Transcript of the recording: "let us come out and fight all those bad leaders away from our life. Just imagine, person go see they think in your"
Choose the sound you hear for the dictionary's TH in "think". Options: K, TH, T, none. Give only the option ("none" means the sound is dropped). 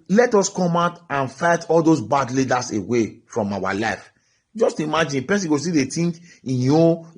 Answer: T